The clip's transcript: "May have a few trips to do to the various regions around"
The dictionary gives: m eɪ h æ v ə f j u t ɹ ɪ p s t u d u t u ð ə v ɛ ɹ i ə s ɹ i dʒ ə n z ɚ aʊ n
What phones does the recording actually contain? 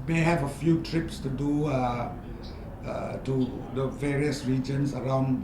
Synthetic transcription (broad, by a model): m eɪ h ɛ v ə f j u t ɹ ɪ p s t u d u t u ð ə v ɛ ɹ i ə s ɹ i dʒ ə n s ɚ aʊ n